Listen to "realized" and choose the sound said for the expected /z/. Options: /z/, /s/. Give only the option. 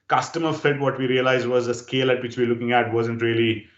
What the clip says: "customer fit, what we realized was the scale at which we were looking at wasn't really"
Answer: /z/